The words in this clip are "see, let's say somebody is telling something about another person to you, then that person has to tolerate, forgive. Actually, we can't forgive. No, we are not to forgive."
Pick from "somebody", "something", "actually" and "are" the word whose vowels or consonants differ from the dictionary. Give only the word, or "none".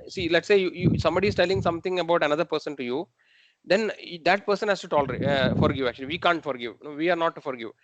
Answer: something